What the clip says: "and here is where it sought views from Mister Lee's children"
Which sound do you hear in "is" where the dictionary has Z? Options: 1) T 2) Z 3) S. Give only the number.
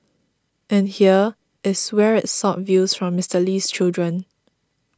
3